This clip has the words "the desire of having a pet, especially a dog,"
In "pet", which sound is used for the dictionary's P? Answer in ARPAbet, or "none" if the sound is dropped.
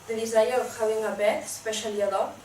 B